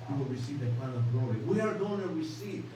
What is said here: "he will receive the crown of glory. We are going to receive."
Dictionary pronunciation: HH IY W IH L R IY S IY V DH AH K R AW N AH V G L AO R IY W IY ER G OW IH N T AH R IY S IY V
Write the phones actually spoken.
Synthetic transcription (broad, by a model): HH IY W IH L R IY S IY V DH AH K AW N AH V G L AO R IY W IY ER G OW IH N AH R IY S IY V